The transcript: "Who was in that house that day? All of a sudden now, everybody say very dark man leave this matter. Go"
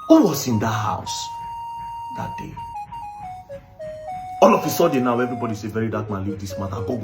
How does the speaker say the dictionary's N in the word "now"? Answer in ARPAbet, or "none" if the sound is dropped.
N